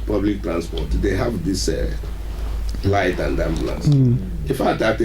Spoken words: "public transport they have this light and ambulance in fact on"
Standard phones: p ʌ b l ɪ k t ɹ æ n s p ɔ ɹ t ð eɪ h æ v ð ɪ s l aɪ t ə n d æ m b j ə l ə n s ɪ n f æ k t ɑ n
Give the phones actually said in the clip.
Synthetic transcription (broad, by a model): p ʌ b l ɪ k t ɹ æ n s p ɔ t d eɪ h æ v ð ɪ s l aɪ t ə n d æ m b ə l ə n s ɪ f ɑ t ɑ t